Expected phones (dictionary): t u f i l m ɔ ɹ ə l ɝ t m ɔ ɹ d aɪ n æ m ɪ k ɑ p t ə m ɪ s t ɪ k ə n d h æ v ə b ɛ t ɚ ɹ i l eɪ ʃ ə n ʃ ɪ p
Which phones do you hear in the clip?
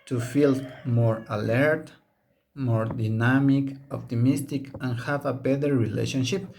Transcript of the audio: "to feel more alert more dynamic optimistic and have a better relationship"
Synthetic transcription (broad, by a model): t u f i l m ɔ ɹ ə l ɝ t m ɔ ɹ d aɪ n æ m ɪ k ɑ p t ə m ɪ s t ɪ k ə n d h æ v ə b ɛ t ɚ ɹ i l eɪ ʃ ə n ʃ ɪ p